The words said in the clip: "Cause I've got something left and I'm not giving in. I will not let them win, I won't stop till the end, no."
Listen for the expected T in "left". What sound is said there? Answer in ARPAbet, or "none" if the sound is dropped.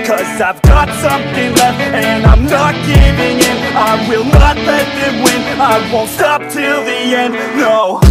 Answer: none